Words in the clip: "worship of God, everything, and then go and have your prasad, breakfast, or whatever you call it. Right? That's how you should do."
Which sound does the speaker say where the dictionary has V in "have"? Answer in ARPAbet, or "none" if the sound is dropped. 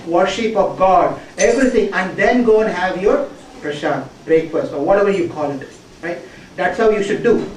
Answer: V